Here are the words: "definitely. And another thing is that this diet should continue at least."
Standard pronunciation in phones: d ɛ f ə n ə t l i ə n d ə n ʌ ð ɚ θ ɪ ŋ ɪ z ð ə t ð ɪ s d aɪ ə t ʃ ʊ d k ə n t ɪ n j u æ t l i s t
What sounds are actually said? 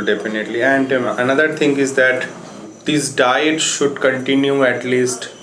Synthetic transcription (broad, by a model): d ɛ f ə n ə t l i ə n d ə n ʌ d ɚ t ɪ ŋ ɪ z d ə t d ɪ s d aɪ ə t ʃ ʊ d k ə n t ɪ n j u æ t l i s t